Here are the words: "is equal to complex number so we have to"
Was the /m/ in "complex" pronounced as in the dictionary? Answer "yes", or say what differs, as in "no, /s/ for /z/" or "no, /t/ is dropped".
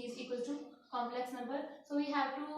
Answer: yes